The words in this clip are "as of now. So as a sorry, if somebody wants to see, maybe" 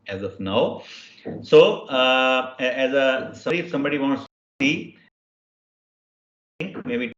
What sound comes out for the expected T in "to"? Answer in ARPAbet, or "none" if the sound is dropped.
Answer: S